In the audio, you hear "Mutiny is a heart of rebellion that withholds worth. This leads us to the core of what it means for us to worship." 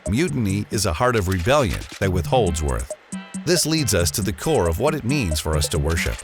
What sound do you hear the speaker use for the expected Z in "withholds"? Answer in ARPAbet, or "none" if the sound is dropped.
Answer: Z